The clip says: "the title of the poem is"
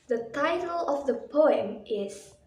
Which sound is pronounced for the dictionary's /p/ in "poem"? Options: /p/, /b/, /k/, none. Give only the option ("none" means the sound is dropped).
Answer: /p/